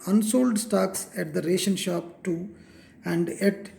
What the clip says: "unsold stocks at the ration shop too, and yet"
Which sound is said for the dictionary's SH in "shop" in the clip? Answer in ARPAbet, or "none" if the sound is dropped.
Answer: SH